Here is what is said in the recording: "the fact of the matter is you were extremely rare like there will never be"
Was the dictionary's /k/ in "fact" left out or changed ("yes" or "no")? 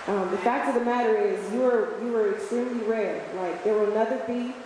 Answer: no